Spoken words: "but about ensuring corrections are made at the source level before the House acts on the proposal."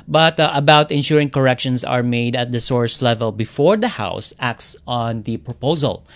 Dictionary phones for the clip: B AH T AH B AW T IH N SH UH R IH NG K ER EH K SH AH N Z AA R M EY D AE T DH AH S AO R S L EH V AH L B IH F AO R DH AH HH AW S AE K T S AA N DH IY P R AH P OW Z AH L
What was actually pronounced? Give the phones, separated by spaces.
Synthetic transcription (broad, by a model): B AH T AH B AW T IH N SH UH R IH NG K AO EH K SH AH N S AA R M EY D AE T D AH S AO R S L EH V AH L B IH F AO R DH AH HH AW S AE K T S AA N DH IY P R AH P OW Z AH L